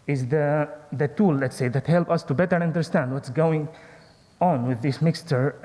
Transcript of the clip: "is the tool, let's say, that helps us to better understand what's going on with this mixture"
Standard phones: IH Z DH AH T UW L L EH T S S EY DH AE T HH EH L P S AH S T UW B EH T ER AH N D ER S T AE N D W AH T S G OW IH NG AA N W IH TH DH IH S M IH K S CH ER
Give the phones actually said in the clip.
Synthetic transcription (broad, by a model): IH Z DH AH T UW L L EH T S S EY DH AE T HH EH L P AH S T UW B EH T ER AH N D ER S T AE N D W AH T S G OW IH NG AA N W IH DH IH S M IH K S CH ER